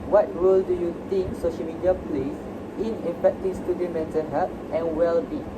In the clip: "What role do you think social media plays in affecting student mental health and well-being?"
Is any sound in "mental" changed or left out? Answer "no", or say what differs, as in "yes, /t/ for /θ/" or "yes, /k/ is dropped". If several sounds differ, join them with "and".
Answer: yes, /n/ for /l/